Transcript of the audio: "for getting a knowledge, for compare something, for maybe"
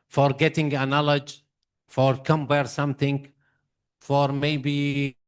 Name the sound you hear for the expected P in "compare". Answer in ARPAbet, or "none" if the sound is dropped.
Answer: B